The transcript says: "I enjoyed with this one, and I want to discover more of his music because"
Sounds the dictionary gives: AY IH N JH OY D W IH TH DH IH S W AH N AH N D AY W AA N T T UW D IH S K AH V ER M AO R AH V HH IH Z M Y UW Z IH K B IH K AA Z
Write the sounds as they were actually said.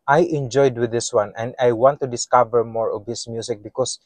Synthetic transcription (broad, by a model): AY IH N JH OY D W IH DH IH S W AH N AH N D AY W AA N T T UW D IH S K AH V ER M AO R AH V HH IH S M Y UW S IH K B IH K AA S